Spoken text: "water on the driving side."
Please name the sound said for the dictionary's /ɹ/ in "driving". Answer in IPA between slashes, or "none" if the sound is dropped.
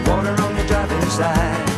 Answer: none